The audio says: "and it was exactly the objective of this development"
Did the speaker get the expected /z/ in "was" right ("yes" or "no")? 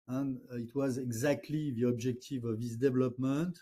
yes